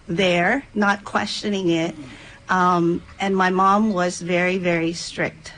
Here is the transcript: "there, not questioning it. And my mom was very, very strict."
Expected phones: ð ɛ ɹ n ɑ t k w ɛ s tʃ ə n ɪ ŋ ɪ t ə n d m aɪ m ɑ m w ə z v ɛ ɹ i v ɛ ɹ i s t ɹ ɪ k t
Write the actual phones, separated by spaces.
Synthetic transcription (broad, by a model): ð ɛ ɹ n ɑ t k w ɛ s tʃ ə n ɪ ŋ ɪ t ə n m aɪ m ɑ m w ə z v ɛ ɹ i v ɛ ɹ i s t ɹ ɪ k t